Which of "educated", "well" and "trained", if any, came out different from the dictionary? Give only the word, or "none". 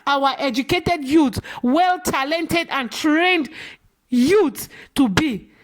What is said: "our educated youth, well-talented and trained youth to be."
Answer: none